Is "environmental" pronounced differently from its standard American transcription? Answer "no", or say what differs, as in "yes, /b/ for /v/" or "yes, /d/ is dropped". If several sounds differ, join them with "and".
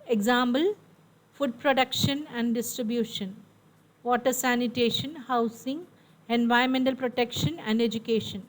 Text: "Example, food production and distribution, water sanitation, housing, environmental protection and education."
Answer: yes, /ɹ/ is dropped